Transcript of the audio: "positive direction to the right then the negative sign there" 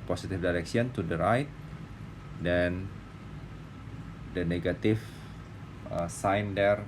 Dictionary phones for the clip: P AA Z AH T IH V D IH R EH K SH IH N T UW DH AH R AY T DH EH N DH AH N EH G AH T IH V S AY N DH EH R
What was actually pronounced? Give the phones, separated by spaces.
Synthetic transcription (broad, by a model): P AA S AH T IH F D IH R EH K S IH N T UW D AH R AY T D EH N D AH N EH G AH T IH F S AY N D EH R